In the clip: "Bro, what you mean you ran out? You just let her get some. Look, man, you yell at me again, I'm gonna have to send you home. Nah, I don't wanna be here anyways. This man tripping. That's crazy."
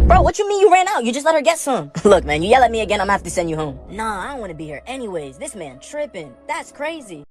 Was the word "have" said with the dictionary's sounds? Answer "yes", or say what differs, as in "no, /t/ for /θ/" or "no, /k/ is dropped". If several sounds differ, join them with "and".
no, /f/ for /v/